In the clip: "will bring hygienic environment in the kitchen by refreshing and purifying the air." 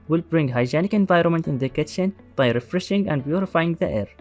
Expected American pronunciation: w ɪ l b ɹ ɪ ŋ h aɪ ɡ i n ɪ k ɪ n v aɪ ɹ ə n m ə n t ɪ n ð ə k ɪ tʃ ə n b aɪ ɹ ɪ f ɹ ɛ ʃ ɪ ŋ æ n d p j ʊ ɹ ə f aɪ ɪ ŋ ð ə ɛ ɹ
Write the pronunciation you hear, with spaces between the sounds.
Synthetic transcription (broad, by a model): w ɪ l b ɹ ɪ ŋ h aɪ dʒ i n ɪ k ɪ n v aɪ ɹ ə n m ə n t ɪ n ð ə k ɪ tʃ ə n b aɪ ɹ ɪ f ɹ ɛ ʃ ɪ ŋ æ n d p j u ɹ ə f aɪ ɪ ŋ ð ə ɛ ɹ